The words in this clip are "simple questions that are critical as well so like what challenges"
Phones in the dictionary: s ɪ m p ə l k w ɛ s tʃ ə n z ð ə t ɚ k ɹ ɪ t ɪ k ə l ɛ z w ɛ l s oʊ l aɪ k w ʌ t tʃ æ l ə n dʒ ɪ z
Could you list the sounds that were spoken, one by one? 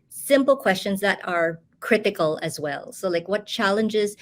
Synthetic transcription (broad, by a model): s ɪ m p l k w ɛ s tʃ ə n z ð ə t ɚ k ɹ ɪ t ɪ k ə l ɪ z w ɛ l s oʊ l aɪ k w ʌ t tʃ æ l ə n dʒ ɪ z